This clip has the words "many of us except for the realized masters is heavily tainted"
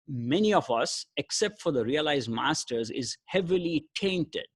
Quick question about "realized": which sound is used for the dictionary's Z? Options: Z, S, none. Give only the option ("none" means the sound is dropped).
Z